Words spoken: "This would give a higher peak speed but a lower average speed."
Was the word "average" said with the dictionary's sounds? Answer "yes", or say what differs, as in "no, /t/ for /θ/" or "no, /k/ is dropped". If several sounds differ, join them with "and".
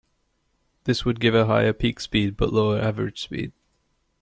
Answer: yes